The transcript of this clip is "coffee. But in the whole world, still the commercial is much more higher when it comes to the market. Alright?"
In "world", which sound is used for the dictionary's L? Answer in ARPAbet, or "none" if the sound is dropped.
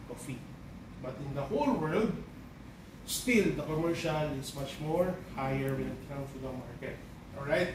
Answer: L